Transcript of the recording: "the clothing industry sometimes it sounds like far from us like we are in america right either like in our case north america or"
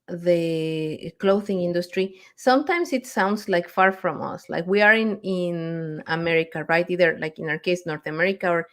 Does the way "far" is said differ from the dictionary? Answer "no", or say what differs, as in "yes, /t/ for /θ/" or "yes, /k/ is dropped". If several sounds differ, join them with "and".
no